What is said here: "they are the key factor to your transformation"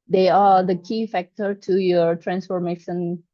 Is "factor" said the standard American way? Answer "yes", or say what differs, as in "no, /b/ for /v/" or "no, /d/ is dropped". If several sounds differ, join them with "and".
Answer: yes